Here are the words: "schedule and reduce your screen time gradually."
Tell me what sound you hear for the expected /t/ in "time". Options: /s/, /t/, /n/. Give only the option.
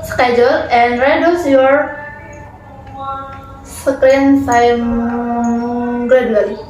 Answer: /s/